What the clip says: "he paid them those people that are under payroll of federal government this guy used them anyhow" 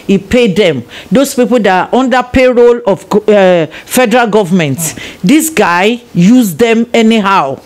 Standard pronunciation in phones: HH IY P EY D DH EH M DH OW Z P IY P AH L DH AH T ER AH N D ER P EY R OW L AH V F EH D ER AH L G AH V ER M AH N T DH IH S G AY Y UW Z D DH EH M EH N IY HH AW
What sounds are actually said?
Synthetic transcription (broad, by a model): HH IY P EY D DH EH M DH OW S P IY P AH L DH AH T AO N D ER P EY R OW L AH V F EH D ER AH L G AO V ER M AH N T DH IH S G AY Y UW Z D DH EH M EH N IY HH AW